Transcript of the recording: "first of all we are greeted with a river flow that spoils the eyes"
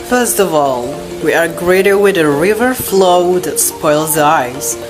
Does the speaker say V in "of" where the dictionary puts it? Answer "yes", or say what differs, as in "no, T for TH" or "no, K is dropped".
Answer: yes